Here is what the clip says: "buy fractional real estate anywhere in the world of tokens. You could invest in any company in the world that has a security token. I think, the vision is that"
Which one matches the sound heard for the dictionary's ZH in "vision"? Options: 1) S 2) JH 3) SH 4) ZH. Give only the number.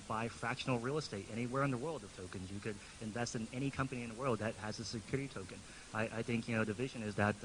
4